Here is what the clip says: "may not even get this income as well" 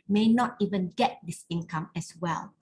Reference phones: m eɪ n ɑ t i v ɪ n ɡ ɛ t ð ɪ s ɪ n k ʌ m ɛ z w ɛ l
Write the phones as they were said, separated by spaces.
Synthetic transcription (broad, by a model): m eɪ n ɑ t i v ɪ n ɡ ɛ t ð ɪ s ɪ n k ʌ m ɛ s w ɛ l